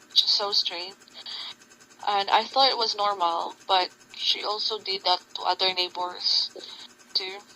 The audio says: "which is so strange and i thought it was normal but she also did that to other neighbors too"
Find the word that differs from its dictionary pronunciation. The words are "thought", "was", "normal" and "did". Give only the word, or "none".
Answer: none